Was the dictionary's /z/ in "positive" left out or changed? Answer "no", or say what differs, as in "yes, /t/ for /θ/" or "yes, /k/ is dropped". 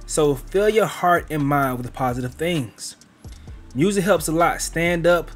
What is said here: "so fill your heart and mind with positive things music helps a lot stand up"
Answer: no